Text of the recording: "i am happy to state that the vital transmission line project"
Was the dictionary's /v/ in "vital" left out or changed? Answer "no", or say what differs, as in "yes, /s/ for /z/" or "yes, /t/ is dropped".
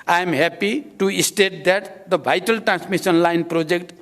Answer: yes, /b/ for /v/